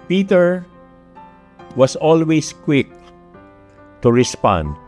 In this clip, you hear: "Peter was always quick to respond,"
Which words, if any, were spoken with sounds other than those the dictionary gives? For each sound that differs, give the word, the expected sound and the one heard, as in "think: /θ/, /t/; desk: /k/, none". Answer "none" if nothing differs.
was: /z/, /s/; always: /z/, /s/